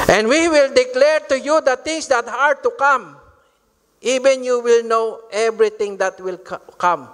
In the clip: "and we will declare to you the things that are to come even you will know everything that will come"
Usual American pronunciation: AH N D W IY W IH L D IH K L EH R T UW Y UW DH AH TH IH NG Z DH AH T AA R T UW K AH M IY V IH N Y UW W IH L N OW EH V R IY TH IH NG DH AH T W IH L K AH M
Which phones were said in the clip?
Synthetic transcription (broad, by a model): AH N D W IY W IH L D IH K L EH R T UW Y UW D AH T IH NG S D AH T AA R T UW K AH M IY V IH N Y UW W IH L N OW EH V R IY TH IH NG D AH T W IH L K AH M